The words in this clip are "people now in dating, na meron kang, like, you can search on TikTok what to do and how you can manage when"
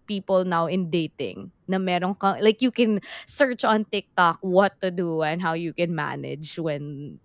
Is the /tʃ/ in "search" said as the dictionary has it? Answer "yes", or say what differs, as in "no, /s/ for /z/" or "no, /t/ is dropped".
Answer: yes